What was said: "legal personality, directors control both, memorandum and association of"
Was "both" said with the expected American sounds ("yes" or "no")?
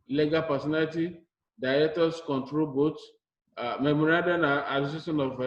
no